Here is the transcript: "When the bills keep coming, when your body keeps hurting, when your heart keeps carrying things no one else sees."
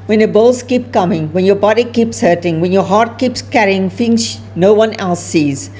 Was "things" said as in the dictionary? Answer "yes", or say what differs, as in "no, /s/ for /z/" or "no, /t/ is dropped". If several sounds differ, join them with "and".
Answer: no, /f/ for /θ/